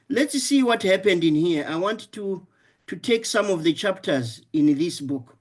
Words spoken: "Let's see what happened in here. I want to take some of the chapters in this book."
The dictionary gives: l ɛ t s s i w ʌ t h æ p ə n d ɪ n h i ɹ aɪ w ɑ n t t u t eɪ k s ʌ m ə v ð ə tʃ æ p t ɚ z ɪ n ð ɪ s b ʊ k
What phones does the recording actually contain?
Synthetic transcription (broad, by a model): l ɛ t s s i w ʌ t h æ p ə n d ɪ n h i ɹ aɪ w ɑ n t t u t eɪ k s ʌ m ə v ð ə tʃ æ p t ɚ z ɪ n ð ɪ s b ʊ k